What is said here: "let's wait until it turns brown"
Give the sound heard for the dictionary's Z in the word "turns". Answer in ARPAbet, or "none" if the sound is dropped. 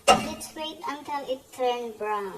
none